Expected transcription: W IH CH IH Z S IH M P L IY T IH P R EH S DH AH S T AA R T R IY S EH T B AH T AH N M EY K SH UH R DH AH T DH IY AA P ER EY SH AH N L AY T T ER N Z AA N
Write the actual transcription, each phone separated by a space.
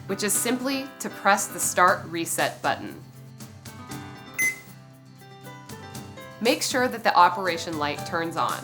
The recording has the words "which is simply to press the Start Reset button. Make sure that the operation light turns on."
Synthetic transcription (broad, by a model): W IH CH IH Z S IH M P L IY T IH P R EH S DH AH S T AA R T R IY S EH T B AH T N M EY K SH UH R DH AH T DH IY AA P ER EY SH AH N L AY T T ER N Z N